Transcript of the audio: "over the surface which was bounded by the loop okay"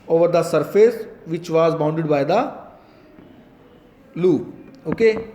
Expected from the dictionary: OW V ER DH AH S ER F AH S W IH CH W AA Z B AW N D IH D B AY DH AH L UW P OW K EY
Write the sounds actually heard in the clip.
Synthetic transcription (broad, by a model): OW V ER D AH S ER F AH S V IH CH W AA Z B AW N D IH D B AY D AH L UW OW K EY